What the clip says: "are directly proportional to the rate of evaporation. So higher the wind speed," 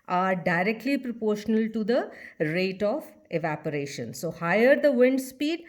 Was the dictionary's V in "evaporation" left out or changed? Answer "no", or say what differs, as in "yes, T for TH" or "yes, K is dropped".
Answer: no